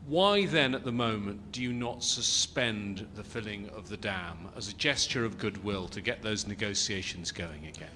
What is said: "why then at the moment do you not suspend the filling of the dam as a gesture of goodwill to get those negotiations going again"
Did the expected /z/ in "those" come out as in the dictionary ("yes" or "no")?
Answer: yes